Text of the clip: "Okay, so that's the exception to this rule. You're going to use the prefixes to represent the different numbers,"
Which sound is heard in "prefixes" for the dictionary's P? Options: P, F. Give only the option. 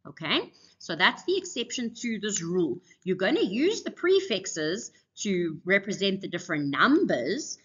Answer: P